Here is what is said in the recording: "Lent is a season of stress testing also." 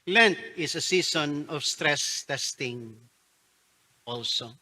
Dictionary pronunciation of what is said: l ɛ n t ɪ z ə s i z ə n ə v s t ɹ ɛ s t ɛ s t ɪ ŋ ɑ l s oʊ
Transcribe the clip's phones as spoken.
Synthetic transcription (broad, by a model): l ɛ n t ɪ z ə s i s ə n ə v s t ɹ ɛ s t ɛ s t ɪ ŋ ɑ l s oʊ